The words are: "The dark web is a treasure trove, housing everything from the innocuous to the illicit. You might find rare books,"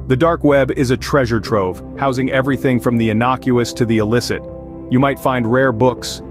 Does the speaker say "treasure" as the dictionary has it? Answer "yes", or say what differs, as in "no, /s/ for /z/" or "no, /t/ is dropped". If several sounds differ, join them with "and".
yes